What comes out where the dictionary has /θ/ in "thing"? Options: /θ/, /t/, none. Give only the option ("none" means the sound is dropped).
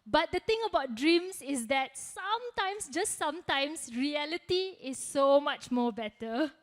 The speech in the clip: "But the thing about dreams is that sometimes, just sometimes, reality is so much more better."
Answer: /t/